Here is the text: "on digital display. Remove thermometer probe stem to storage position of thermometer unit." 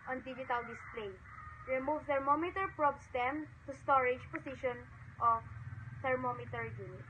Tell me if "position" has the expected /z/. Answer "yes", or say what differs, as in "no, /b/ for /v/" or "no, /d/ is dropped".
no, /s/ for /z/